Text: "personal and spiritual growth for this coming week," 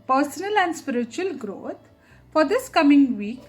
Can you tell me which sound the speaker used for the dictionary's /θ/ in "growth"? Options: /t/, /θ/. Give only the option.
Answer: /t/